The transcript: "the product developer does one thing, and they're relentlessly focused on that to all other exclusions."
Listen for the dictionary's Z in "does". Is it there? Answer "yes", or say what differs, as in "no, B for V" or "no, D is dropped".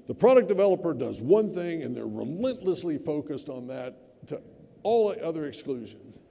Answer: yes